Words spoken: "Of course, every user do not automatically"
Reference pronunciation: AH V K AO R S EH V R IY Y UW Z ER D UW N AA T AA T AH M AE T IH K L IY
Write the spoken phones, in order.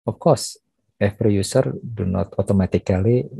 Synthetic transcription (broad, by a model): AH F K AO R S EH P R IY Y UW S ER D UW N AA T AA T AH M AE T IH K L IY